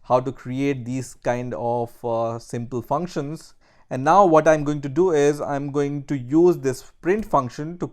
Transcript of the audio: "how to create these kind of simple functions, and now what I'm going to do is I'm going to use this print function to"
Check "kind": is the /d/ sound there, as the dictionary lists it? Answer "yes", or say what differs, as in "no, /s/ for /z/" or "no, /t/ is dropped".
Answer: yes